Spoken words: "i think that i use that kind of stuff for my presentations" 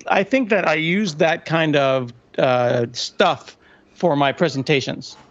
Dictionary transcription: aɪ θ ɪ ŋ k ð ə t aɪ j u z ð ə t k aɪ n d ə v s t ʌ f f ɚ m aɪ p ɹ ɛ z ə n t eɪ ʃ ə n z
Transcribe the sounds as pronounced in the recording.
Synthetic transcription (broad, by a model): aɪ θ ɪ ŋ k ð ə t aɪ j u z ð ə t k aɪ n d ə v s t ʌ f f ɚ m aɪ p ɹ ɛ z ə n t eɪ ʃ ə n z